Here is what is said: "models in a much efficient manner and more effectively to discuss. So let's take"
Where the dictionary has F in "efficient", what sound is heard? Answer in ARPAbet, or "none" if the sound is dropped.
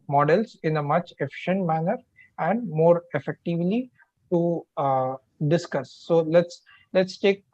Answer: F